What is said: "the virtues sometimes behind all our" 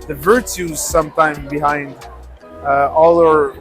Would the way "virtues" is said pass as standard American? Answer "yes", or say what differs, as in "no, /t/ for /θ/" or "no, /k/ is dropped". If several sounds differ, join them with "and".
yes